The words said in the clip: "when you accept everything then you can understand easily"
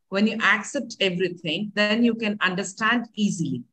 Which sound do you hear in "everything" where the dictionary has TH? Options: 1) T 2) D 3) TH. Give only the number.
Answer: 1